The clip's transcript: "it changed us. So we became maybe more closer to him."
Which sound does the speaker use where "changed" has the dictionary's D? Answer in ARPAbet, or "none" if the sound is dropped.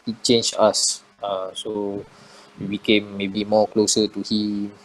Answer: none